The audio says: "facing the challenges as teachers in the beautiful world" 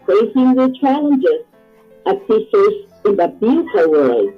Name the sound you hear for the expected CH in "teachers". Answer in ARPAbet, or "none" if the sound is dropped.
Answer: S